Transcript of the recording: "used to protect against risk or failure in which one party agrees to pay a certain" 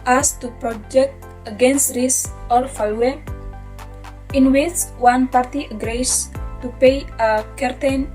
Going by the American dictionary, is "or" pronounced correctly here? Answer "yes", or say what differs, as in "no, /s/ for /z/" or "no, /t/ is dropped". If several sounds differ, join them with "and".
no, /l/ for /ɹ/